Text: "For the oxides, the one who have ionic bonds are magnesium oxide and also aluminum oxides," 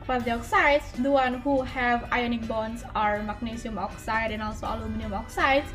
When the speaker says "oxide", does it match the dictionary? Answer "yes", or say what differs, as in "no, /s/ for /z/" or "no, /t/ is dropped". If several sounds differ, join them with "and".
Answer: yes